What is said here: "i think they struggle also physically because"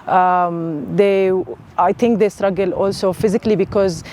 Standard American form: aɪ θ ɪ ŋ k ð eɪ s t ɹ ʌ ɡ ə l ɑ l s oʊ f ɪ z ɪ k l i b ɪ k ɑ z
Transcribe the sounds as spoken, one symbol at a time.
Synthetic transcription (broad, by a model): aɪ t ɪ ŋ k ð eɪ s t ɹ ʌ ɡ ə l ɑ l s oʊ f ɪ z ɪ k l i b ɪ k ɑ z